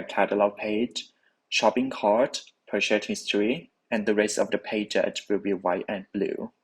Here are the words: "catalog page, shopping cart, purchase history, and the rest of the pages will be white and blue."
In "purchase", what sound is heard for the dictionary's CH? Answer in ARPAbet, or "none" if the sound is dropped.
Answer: SH